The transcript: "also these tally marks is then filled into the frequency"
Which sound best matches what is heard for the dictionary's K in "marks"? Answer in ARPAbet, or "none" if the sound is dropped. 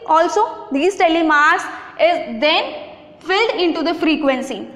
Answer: none